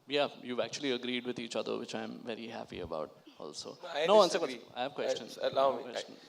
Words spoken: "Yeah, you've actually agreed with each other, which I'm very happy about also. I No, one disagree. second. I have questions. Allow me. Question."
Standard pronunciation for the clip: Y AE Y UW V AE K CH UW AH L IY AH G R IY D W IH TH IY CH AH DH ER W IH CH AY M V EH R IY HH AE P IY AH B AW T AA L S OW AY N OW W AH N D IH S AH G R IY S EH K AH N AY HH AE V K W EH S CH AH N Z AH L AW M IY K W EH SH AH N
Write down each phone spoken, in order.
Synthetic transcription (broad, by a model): Y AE Y UW V AE K CH UW AH L IY AH G R IY D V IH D IY CH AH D ER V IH CH AY M V EH R IY HH AE P IY AH B AW T AA L S OW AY N OW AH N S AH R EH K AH AY HH AE V K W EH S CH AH N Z AH L AW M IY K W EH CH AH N